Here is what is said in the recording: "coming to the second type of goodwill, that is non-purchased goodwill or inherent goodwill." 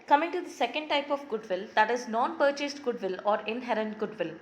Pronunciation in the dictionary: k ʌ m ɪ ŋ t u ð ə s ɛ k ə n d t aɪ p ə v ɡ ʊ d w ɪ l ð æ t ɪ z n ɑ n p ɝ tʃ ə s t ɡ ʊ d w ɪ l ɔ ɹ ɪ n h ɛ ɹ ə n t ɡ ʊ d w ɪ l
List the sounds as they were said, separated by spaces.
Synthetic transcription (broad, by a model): k ʌ m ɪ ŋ t u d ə s ɛ k ə n d t aɪ p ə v ɡ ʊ d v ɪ l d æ t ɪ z n ɑ n p ɝ tʃ ə s t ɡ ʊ d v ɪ l ɔ ɹ ɪ n h ɛ ɹ ə n t ɡ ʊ d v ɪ l